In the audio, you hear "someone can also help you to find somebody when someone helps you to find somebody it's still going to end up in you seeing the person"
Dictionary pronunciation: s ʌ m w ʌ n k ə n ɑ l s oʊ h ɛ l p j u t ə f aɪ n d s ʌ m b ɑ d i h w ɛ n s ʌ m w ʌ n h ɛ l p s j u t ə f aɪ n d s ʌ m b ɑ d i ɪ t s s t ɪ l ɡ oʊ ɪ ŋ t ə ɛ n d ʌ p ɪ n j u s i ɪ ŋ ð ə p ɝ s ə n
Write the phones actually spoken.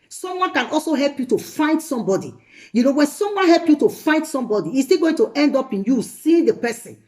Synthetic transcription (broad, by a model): s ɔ m w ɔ n k ə n ɑ l s oʊ h ɛ l p j u t ə f aɪ n d s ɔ m b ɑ d i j w ɛ n s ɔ m w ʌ n h ɛ l p j u t ə f aɪ n d s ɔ m b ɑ d i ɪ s s t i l ɡ oʊ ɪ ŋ t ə ɛ n d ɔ p ɪ n j u s i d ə p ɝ s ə n